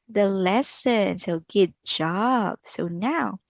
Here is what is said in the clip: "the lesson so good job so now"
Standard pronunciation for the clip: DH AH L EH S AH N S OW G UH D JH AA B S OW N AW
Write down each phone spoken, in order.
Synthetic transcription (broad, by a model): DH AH L EH S AH N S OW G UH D JH AA B S OW N AW